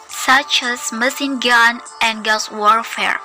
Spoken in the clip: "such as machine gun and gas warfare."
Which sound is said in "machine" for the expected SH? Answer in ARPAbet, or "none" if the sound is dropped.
S